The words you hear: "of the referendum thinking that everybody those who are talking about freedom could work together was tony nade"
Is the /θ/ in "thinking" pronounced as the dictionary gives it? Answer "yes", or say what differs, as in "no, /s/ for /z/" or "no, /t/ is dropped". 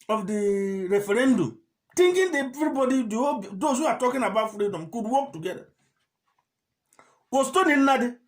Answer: no, /t/ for /θ/